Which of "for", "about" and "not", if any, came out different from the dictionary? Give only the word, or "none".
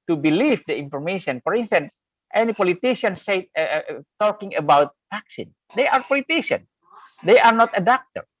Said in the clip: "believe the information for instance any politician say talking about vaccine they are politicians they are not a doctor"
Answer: none